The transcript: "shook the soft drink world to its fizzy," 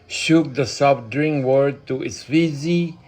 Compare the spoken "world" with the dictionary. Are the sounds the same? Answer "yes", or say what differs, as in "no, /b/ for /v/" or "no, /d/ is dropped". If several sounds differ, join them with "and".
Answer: no, /l/ is dropped